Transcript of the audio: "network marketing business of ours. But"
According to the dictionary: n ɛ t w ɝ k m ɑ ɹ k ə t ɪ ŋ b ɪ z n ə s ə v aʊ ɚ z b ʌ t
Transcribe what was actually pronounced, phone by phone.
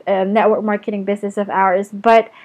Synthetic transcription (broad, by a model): n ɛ t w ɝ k m ɑ ɹ k ə t ɪ ŋ b ɪ z n ə s ə v aʊ ɚ z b ʌ t